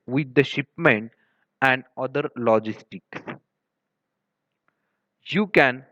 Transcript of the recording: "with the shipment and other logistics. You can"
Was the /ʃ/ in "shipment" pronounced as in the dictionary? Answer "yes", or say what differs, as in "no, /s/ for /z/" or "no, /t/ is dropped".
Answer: yes